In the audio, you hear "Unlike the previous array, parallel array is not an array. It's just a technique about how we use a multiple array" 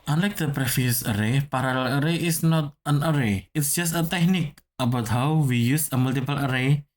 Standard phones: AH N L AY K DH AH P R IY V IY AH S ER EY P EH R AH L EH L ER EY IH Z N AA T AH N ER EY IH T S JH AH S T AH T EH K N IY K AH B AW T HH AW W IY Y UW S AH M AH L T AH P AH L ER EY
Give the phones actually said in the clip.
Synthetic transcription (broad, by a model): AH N L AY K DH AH P R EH F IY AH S ER EY P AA R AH L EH L ER EY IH S N AA T AH N ER EY IH T S JH AH S T AH T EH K N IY K AH B AW T HH AW W IY Y UW S AH M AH L T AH P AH L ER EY